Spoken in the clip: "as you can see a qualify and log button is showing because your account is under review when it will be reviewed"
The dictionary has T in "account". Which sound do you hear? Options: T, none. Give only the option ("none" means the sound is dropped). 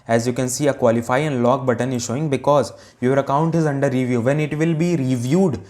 T